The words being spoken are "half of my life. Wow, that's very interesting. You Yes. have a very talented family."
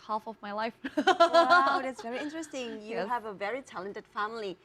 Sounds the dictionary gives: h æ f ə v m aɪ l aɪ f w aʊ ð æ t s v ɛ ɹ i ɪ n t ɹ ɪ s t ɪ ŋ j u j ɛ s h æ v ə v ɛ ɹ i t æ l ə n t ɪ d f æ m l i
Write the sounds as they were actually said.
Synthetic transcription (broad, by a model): h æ f ə v m aɪ l aɪ f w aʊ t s v ɛ ɹ i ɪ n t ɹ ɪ s t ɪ ŋ j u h v ə v ɛ ɹ i t æ l ə n t ɪ d f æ m l i